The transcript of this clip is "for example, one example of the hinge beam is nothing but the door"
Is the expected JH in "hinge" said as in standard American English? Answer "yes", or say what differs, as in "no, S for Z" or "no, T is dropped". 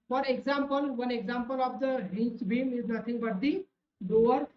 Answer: no, CH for JH